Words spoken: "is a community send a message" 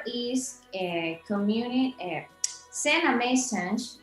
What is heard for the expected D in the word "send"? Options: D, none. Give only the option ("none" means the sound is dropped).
none